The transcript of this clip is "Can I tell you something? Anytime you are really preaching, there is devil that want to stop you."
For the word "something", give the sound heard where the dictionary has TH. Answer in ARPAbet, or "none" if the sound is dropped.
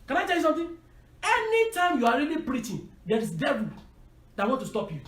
T